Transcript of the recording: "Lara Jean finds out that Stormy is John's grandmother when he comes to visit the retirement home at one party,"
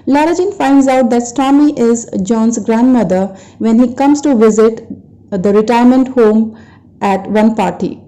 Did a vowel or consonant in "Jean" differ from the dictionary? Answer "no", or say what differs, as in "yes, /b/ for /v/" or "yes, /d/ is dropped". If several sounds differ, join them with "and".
no